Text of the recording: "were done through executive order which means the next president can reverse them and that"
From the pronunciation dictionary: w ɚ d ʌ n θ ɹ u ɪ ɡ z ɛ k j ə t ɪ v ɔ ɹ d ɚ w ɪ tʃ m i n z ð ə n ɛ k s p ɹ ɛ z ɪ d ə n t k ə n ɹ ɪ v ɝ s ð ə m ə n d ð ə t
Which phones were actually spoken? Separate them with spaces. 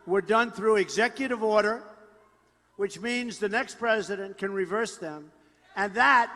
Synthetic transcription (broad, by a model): w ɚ d ʌ n θ ɹ u ɪ ɡ z ɛ k j ə t ɪ v ɔ ɹ d ɚ w ɪ tʃ m i n z ð ə n ɛ k s p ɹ ɛ z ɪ d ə n k ə n ɹ ɪ v ɝ s ð ə m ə n ð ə t